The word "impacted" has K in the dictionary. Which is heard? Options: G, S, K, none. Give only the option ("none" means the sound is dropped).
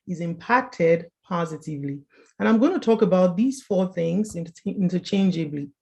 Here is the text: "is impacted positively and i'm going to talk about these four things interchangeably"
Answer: K